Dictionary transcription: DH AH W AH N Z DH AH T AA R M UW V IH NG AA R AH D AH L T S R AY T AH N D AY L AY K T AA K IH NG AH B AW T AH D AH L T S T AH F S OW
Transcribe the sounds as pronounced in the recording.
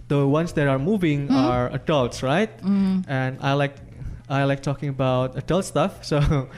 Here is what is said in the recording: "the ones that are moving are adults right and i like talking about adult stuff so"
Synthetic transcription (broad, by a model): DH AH W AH N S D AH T AA R M UW V IH NG AA R AH D AH L T S R AY T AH N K AY L AY K T AA K IH NG AH B AW T AH D AH L T S T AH F S OW